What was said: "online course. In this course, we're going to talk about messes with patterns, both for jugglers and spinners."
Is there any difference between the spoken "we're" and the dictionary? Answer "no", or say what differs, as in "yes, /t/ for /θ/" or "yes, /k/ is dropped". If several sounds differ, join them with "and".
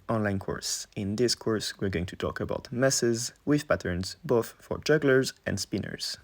no